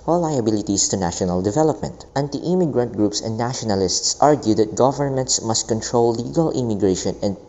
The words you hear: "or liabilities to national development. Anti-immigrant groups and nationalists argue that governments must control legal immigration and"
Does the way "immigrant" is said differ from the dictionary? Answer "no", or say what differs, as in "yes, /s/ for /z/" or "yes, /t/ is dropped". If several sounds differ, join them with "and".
no